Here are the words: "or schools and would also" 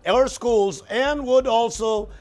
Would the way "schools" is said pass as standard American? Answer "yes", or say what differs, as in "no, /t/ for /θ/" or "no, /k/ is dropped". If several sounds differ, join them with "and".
yes